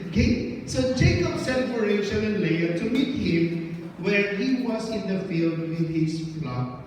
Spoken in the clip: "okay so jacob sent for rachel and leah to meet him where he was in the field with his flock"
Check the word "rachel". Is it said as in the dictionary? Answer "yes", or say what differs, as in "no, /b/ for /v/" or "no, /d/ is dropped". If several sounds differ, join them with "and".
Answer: no, /ʃ/ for /tʃ/